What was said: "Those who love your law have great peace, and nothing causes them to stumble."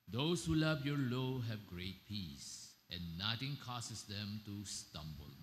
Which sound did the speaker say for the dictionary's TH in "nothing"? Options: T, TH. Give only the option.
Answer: T